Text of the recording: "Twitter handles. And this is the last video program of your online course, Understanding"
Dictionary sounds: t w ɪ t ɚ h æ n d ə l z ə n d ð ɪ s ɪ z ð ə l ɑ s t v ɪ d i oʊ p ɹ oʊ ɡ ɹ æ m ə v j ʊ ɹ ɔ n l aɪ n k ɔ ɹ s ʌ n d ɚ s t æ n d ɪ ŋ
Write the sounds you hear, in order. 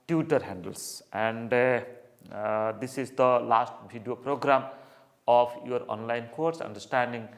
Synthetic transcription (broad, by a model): t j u t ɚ h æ n d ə l s ə n d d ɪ s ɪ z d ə l ɑ s t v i d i oʊ p ɹ oʊ ɡ ɹ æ m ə p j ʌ ɹ ɔ n l aɪ n k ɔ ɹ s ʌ n d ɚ s t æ n d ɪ ŋ